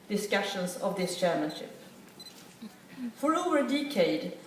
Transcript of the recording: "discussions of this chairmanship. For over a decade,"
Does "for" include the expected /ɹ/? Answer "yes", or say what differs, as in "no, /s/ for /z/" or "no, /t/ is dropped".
yes